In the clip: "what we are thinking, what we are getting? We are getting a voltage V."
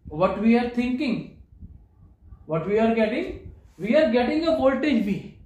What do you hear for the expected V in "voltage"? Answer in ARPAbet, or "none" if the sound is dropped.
B